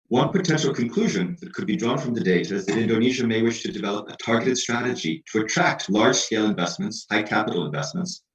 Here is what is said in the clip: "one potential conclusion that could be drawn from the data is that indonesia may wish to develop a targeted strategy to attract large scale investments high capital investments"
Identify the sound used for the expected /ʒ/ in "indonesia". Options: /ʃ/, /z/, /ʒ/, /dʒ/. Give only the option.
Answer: /ʒ/